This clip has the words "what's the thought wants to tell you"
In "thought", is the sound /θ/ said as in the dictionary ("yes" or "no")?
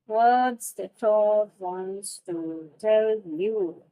no